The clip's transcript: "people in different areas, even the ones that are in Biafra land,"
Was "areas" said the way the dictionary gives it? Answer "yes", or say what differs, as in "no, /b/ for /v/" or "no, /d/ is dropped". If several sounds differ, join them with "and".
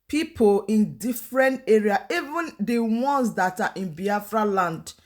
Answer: no, /z/ is dropped